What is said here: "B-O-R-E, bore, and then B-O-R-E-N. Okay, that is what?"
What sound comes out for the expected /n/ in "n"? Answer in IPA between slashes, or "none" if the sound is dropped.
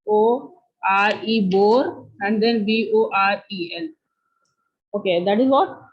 /l/